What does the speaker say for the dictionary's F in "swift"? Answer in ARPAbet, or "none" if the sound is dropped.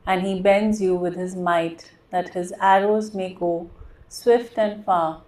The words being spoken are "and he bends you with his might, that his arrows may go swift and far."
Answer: F